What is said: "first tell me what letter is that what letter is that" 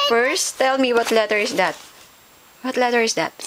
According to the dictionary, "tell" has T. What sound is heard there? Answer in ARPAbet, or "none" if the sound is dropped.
T